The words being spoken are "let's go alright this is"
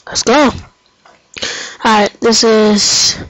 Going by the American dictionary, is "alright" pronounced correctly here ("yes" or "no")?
no